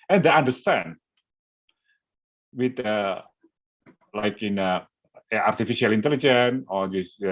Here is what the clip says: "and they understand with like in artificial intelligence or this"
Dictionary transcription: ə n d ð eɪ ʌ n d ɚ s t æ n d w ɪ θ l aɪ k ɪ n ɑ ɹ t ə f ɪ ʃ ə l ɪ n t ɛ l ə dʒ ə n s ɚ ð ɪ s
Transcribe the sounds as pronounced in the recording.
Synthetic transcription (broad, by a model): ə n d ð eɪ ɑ n d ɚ s t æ n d w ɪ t l aɪ k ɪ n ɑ ɹ t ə f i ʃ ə l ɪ n t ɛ l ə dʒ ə n ɔ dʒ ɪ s